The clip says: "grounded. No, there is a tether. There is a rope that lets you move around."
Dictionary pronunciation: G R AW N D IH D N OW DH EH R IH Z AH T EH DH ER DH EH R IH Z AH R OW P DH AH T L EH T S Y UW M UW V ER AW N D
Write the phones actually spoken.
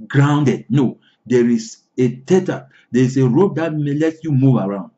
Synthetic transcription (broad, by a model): G R AW N D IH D N OW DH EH R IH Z AH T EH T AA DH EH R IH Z AH R OW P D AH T L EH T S Y UW M UW V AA AW N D